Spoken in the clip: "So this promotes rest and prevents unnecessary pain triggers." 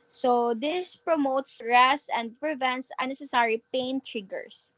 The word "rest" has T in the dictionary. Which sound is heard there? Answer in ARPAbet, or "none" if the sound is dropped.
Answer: none